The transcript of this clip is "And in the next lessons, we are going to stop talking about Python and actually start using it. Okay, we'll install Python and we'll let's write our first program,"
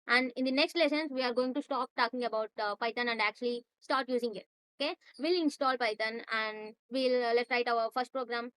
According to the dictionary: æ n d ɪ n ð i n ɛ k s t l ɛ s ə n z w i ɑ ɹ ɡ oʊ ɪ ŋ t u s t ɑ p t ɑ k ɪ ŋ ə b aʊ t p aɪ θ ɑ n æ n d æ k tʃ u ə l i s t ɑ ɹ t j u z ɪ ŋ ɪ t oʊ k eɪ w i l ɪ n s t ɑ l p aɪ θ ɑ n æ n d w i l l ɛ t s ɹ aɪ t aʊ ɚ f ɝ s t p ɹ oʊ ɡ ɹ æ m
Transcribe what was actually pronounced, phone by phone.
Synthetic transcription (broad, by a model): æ n d ɪ n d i n ɛ k s t l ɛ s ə n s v i ɑ ɹ ɡ oʊ ɪ ŋ t u s t ɑ p t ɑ k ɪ ŋ ə b aʊ t p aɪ t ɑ n æ n d æ k tʃ u ə l i s t ɑ ɹ t j u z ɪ ŋ ɪ t oʊ k eɪ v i l ɪ n s t ɑ l p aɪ t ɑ n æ n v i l l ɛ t ɹ aɪ t aʊ ɚ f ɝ s t p ɹ oʊ ɡ ɹ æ m